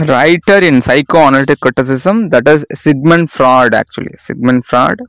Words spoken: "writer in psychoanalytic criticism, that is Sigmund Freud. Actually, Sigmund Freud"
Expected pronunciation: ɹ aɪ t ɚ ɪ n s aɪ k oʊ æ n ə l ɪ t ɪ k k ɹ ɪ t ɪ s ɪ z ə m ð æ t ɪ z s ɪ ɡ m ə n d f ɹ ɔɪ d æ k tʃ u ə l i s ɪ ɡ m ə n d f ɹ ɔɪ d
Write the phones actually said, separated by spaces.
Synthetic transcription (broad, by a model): ɹ aɪ t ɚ ɪ n s aɪ k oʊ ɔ n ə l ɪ t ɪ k k ɹ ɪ t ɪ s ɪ s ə m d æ t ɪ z s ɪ ɡ m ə n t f ɹ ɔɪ d æ k tʃ u ə l i s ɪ ɡ m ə n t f ɹ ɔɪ d